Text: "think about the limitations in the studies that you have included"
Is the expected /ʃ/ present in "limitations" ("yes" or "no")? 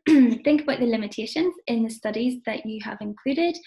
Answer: yes